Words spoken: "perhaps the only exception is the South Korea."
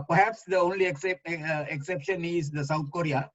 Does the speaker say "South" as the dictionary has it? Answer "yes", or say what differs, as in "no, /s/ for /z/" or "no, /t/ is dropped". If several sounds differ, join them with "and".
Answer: no, /t/ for /θ/